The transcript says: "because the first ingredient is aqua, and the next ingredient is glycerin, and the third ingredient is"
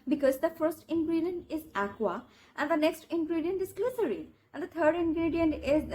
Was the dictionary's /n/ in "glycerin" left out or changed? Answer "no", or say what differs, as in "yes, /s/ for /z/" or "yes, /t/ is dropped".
yes, /n/ is dropped